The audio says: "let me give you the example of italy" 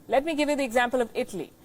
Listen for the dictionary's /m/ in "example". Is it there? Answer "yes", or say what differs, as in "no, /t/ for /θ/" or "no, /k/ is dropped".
yes